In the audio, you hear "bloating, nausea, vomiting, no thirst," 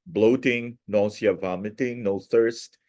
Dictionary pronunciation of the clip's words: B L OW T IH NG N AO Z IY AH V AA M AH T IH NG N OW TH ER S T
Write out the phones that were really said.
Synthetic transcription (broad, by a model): B L OW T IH NG N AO S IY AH V AA M AH T IH NG N OW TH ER S T